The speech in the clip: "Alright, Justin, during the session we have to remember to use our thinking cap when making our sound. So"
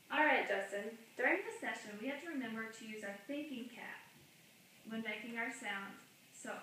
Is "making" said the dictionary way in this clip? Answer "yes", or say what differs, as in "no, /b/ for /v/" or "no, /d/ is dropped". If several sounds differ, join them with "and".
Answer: yes